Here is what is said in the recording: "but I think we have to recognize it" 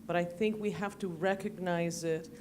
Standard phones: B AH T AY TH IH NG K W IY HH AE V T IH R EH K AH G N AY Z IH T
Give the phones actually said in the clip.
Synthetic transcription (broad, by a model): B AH T AY TH IH NG K W IY HH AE F T IH R EH K AH G N AY Z IH T